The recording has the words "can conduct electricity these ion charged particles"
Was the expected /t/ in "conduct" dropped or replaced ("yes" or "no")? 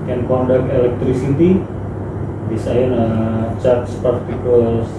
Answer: yes